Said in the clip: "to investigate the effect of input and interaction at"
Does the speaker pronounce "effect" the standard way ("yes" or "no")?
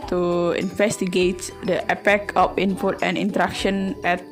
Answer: no